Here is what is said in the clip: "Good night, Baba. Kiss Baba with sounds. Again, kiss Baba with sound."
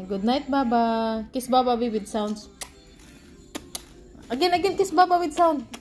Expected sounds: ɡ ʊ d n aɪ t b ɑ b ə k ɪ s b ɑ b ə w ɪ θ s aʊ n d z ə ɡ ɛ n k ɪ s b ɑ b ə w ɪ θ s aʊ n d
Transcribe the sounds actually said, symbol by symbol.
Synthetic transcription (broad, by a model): ɡ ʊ d n aɪ t b ɑ b ə k ɪ s b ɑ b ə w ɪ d s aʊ n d s ə ɡ ɛ n k ɪ s b ɑ b ə w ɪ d s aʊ n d